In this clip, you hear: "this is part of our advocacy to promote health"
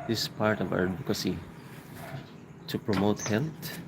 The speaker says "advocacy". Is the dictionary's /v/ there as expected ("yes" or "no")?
no